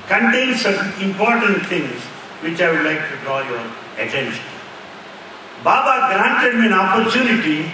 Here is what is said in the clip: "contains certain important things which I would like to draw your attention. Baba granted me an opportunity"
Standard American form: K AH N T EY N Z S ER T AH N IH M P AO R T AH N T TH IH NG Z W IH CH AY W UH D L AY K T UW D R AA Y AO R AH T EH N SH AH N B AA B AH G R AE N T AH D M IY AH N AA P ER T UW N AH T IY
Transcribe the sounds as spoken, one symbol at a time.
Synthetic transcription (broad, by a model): K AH N T EY N S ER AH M IH M P AO R T AH N T T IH NG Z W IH CH AY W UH D L AY K T UW D R AA Y AO R AH T EH N SH AH N B AA B AH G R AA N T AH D M IY AH N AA P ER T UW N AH T IY